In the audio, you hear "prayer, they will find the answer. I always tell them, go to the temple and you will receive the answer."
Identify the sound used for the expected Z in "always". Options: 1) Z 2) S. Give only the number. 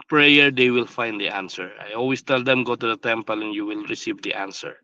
2